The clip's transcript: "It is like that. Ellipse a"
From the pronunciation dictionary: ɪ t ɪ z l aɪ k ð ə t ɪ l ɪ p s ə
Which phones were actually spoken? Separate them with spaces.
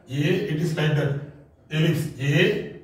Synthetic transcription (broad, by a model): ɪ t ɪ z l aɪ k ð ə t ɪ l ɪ s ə